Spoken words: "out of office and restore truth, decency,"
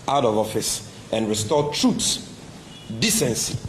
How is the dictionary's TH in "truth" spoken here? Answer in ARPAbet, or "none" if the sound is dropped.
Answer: S